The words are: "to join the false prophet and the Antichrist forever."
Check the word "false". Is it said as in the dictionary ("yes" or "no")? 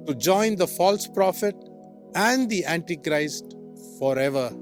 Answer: yes